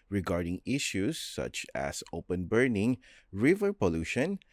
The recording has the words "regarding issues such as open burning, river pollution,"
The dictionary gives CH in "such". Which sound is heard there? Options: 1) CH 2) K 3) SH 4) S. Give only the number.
1